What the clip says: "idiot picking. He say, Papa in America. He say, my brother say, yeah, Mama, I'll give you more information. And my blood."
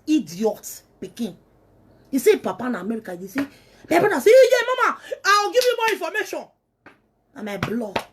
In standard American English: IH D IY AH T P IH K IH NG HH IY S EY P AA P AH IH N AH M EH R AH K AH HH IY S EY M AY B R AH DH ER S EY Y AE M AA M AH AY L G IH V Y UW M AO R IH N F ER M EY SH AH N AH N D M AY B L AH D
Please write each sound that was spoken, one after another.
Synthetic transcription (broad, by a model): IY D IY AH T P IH K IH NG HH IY S EY P AA P AH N AH M EH R AH K AH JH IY S EY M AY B AA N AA S EY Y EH M AA M AH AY W G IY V Y UW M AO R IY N F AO M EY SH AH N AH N M AY B L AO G